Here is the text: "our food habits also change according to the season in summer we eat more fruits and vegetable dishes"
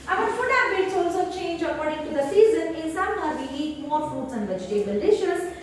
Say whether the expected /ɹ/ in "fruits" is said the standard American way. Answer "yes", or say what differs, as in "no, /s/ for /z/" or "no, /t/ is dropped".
no, /ɹ/ is dropped